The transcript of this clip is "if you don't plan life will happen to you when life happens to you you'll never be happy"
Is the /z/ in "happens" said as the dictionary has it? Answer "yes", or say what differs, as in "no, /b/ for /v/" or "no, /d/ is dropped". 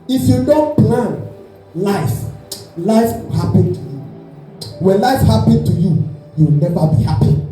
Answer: no, /z/ is dropped